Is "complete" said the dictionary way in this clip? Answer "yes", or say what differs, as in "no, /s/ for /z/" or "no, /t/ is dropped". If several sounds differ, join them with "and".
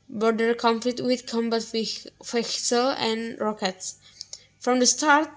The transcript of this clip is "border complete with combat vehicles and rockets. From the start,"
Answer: no, /f/ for /p/